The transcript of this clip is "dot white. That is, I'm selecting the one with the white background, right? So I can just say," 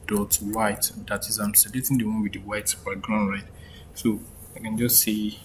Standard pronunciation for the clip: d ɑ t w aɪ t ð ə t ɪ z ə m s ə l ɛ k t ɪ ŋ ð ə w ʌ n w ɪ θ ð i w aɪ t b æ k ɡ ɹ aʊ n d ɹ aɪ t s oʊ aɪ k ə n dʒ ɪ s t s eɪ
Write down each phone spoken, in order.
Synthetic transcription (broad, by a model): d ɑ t w aɪ t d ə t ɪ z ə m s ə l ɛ t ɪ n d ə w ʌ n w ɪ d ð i w aɪ t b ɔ ɡ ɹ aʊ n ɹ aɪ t s oʊ aɪ k ə n dʒ ɪ s t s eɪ